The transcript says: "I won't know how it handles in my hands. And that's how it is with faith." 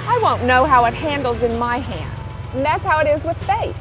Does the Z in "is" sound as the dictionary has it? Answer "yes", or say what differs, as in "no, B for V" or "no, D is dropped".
yes